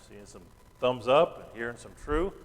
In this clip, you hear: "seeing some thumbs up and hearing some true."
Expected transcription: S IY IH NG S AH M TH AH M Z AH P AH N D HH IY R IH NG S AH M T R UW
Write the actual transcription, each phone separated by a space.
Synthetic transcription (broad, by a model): S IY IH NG S AH M TH AH M Z AH P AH N HH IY R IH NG S AH M T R UW